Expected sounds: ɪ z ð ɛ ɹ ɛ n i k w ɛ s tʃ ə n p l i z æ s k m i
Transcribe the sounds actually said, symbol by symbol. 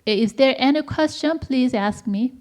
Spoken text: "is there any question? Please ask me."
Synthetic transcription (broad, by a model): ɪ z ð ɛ ɹ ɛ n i k w ɛ s tʃ ə n p l i z æ s k m i